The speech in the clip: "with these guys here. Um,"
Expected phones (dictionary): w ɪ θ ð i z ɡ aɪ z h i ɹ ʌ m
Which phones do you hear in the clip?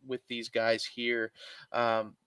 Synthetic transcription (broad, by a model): w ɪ ð i z ɡ aɪ z h i ɹ ʌ m